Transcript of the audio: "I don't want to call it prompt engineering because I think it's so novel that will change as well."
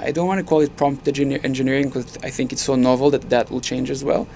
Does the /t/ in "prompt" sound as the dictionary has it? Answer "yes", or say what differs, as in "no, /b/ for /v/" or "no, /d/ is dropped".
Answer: yes